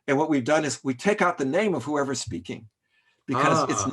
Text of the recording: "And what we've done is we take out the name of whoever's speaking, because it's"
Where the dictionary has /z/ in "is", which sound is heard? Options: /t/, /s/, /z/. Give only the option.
/z/